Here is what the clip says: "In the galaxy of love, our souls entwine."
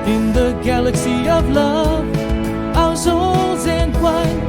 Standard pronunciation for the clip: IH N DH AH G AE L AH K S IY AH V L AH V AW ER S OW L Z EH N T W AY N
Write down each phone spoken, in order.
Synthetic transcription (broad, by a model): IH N DH AH G AE L AH K S IY AH V L AH V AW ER S OW L Z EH N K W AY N